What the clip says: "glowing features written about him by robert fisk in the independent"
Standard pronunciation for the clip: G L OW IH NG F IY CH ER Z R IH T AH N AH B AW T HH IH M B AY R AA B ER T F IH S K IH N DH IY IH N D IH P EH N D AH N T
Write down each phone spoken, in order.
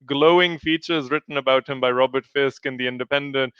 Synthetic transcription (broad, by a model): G L OW IH NG F IY CH ER Z R IH T N AH B AW T HH IH M B AY R AA B ER T F IH S K IH N DH IY IH N D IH P EH N D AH N T